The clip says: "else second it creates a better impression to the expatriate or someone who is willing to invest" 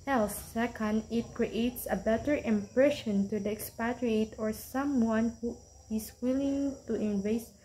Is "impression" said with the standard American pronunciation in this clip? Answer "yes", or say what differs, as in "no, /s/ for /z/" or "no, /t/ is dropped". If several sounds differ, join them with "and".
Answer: yes